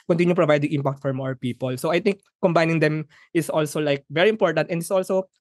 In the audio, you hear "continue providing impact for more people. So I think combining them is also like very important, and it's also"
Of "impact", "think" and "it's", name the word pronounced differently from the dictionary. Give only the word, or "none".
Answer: think